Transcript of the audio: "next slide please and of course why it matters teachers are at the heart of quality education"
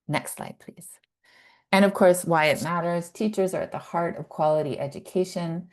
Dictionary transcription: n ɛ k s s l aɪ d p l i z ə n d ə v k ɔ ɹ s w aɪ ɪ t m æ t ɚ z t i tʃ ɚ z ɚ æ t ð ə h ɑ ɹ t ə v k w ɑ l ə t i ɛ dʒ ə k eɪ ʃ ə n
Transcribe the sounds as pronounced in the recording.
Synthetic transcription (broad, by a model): n ɛ k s s l aɪ d p l i z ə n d ə v k ɔ ɹ s w aɪ ɪ t m æ t ɚ z t i tʃ ɚ z ɚ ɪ t ð ə h ɑ ɹ t ə v k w ɑ l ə t i ɛ dʒ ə k eɪ ʃ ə n